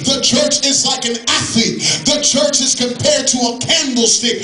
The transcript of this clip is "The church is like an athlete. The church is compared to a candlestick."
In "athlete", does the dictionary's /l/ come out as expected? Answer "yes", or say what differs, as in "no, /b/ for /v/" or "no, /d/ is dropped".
no, /l/ is dropped